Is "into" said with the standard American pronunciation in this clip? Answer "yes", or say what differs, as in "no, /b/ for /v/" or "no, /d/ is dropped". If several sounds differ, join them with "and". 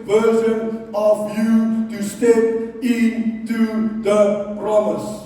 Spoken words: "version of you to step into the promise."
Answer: yes